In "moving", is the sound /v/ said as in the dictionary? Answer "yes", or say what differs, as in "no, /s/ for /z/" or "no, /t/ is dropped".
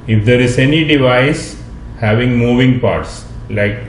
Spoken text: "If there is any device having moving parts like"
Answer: yes